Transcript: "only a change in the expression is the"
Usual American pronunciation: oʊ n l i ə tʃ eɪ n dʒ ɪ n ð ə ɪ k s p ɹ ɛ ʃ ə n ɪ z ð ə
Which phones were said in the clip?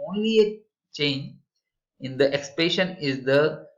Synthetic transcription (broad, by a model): oʊ n l i ə tʃ eɪ n dʒ ɪ n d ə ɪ k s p ɛ ʃ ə n ɪ z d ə